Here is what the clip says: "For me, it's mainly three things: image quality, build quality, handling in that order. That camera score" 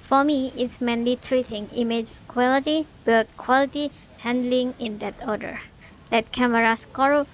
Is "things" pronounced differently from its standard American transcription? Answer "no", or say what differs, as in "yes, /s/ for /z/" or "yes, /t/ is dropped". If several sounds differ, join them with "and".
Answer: yes, /t/ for /θ/ and /z/ is dropped